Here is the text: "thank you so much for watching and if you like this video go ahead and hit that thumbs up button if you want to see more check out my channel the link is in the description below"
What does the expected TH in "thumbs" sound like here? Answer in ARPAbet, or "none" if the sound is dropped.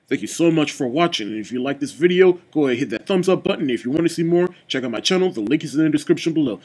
TH